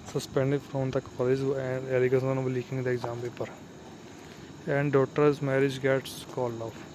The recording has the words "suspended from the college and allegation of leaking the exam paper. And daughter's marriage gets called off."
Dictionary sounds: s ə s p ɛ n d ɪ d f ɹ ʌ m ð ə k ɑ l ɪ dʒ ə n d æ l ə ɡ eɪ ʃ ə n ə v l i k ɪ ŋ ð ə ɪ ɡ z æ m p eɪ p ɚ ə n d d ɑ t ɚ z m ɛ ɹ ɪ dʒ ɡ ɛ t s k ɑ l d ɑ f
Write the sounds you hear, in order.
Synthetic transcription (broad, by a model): s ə s p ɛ n d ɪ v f ɹ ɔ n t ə k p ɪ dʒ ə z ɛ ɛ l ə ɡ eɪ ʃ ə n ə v l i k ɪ ŋ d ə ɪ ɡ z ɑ m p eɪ p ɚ ə n d d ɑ t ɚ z m ɛ ɹ ɪ dʒ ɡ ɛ t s k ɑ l ɑ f